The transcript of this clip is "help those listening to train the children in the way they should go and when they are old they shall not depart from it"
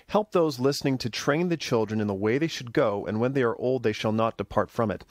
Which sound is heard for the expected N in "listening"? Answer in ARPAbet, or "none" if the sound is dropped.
N